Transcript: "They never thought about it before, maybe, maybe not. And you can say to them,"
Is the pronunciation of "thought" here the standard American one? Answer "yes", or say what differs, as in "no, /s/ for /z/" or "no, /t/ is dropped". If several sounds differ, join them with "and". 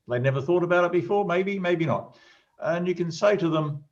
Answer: yes